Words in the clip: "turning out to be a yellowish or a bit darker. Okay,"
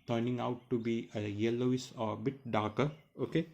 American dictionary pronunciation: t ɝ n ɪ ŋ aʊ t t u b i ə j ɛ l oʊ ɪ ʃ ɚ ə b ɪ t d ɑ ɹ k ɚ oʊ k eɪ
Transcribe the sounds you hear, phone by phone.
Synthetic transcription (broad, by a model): t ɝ n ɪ ŋ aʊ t t u b i ə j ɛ l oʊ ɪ s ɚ ə b ɪ t d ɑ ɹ k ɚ oʊ k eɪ